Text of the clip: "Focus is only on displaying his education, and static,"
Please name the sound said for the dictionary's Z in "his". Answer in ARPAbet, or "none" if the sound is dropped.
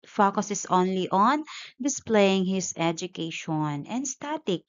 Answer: S